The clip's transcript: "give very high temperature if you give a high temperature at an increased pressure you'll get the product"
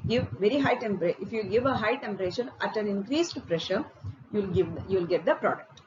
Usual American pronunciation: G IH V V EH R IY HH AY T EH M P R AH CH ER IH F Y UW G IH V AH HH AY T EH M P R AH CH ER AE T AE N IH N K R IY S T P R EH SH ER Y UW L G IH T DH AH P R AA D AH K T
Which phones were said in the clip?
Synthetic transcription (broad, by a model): G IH V V EH R IY HH AY T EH M P R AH IH F Y UW G IH V AH HH AY T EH M P R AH SH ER AE T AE N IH N K R IY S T P R EH SH ER Y UW L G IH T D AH P R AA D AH K T